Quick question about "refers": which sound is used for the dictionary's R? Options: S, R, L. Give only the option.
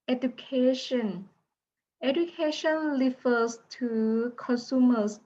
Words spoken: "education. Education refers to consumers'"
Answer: L